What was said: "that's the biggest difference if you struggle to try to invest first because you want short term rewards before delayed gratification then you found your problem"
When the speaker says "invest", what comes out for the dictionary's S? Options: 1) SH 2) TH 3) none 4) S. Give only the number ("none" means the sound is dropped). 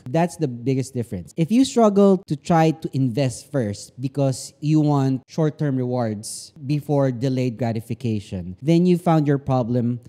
4